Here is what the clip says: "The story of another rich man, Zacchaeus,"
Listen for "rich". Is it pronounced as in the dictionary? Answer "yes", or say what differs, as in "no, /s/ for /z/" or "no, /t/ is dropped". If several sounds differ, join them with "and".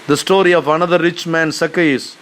yes